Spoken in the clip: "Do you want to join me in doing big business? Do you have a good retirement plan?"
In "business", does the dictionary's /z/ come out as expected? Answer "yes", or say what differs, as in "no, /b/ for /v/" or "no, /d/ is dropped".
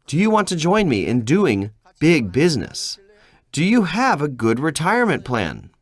yes